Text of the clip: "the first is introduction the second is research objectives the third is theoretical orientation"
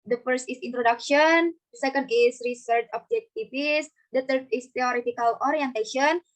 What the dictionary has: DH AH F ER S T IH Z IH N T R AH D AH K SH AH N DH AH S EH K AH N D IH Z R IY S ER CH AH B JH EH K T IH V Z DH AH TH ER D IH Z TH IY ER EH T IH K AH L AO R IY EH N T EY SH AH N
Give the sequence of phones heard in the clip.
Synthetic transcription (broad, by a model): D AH F ER S T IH S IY N T R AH D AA K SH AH N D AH S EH K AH N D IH S R IY S ER CH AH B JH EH K T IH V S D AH T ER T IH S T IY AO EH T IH K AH L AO R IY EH N T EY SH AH N